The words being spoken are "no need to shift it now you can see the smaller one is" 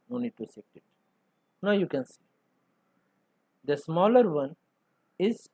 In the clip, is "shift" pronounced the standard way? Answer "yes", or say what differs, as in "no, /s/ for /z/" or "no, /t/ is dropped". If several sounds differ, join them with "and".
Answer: no, /s/ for /ʃ/